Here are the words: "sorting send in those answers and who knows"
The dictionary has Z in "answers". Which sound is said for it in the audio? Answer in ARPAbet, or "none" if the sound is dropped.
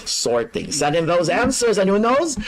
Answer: Z